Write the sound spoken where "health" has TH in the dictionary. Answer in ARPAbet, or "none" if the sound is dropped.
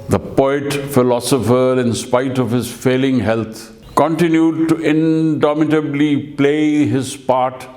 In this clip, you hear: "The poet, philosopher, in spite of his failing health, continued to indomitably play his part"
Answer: T